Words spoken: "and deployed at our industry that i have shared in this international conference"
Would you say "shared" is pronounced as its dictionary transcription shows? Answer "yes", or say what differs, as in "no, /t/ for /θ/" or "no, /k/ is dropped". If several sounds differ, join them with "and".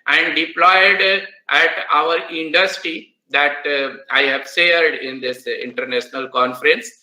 no, /s/ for /ʃ/